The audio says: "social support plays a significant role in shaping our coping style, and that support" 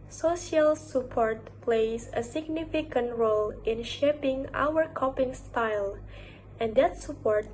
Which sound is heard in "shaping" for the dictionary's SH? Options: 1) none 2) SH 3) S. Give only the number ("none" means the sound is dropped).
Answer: 2